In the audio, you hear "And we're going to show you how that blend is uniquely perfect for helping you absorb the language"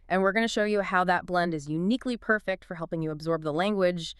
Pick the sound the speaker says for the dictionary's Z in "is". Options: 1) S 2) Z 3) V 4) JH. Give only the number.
2